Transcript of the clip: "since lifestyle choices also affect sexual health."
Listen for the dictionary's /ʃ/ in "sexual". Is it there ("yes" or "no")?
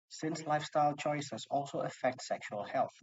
yes